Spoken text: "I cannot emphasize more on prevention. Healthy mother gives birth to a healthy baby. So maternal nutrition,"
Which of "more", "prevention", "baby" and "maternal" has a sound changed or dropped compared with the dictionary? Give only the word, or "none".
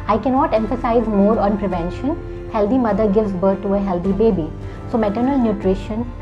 none